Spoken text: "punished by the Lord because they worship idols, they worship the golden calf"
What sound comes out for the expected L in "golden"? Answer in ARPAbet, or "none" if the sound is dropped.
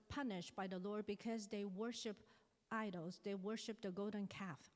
none